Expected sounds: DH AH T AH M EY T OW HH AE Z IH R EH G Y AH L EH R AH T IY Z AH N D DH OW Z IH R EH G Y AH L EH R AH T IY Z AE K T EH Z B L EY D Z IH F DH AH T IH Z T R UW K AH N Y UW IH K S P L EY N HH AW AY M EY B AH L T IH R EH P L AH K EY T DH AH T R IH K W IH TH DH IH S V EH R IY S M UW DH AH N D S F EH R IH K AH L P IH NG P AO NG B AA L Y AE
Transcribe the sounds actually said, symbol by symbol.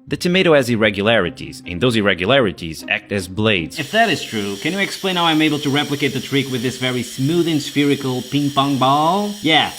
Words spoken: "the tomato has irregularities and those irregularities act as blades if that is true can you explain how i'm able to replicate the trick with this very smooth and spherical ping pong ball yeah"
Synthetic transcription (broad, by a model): DH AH T AH M EY T OW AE Z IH R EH G Y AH L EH R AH T IY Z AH N DH OW Z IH R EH G Y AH L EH R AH T IY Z AE K T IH Z B L EY D Z IH F DH AH T IH Z T R UW K AH N Y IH IH K S P L EY N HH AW AY M EY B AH L T IH R EH P L AH K EY T DH AH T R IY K W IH DH IH S V EH R IY S M UW DH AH N S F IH R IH K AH L P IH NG P AO NG B AA L Y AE